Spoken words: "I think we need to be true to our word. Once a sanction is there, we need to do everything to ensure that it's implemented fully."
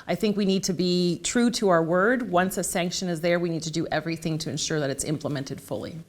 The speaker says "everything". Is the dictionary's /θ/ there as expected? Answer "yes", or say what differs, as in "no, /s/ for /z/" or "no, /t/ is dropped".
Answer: yes